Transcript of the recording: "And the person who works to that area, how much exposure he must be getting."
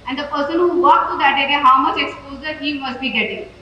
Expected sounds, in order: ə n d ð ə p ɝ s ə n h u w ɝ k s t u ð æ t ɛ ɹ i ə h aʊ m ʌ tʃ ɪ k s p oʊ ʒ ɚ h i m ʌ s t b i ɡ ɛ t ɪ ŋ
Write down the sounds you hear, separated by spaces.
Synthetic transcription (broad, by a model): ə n d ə p ɝ s ə n h u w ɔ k t u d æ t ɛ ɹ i h aʊ m ʌ tʃ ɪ k s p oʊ z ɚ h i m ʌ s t b i ɡ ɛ t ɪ ŋ